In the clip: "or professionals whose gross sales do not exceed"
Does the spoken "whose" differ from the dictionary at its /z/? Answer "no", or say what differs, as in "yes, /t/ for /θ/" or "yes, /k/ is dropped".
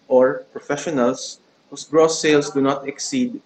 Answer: yes, /s/ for /z/